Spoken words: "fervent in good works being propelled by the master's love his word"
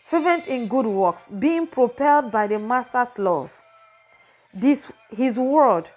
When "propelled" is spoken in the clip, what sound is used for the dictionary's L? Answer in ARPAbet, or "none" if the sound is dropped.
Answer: L